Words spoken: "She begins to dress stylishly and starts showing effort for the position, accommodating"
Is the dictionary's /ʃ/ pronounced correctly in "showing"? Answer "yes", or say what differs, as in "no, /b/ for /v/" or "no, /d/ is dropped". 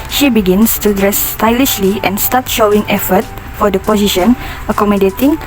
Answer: yes